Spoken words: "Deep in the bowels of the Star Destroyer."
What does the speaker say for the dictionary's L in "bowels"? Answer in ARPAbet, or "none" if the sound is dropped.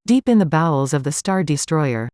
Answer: L